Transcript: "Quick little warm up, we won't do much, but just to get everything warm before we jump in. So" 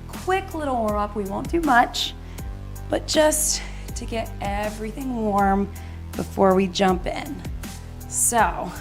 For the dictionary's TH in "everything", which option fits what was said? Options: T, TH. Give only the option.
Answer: TH